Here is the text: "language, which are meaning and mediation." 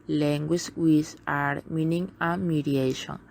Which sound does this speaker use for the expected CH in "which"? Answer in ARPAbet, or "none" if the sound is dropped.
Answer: S